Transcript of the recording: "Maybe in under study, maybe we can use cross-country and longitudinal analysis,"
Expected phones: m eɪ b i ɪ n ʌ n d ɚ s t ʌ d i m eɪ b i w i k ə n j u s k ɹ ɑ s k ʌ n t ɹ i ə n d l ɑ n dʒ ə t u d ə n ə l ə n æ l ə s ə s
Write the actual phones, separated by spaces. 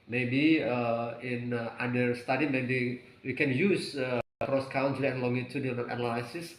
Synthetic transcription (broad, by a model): m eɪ b i ɪ n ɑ d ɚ s t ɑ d i m eɪ b i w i k ə n j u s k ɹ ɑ s k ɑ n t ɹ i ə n l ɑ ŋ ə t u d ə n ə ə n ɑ l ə s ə s